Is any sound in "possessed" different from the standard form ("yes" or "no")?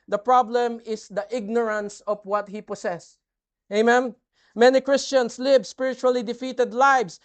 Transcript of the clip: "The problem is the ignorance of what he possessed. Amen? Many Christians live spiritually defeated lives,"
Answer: yes